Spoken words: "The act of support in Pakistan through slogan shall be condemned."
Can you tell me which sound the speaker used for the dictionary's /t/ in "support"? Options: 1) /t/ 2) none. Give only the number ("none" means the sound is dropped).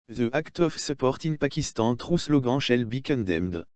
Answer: 1